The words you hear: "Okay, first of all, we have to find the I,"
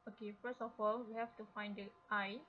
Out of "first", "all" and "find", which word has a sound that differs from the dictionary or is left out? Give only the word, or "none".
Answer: first